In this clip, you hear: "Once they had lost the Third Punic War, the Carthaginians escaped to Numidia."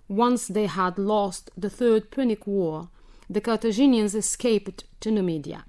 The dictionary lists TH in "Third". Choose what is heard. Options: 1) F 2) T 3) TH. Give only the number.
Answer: 3